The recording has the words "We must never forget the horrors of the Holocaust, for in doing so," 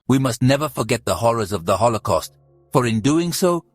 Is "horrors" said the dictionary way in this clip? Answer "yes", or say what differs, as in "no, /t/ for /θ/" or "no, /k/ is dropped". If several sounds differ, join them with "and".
yes